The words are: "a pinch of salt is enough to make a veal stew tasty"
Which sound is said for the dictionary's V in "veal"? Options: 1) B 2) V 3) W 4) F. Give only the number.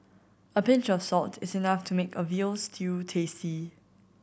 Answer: 2